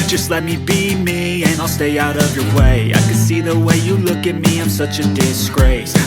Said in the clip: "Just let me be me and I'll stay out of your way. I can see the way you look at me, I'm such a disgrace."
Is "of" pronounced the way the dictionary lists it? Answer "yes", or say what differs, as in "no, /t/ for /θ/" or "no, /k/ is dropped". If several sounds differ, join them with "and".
yes